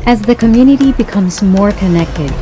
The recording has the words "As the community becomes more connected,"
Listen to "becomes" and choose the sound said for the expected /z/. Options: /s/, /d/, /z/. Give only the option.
/z/